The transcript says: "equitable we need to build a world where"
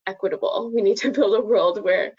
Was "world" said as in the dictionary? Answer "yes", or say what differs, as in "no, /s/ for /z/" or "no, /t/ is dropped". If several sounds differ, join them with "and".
yes